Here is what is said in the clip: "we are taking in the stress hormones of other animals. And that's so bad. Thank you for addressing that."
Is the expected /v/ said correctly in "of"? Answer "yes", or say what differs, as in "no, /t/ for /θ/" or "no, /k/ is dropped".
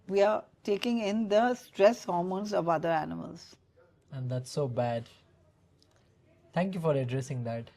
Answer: yes